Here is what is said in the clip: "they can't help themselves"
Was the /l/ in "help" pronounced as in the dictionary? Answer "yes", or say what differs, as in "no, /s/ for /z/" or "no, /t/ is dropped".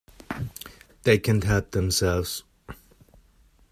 no, /l/ is dropped